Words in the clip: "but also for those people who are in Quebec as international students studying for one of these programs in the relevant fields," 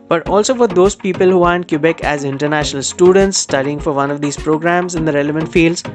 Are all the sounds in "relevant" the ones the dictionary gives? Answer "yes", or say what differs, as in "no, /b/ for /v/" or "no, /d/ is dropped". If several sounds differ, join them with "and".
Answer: yes